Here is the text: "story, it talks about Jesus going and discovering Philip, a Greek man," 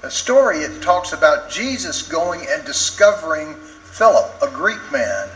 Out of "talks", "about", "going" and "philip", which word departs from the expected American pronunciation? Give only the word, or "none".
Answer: none